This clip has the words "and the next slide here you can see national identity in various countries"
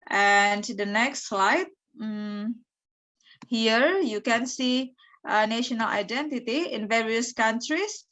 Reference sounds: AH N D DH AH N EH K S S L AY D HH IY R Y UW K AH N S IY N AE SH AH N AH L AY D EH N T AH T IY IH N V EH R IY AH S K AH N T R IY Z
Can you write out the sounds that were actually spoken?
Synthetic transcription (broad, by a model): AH N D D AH N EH K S S L AY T HH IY R Y UW K AH N S IY N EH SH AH N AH L AY D EH N T AH T IY IH N V EH R IY AH S K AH N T R IY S